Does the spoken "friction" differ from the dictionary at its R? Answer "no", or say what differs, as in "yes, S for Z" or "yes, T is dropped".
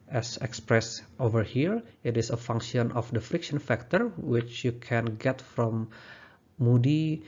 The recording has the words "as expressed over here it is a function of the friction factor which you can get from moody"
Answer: no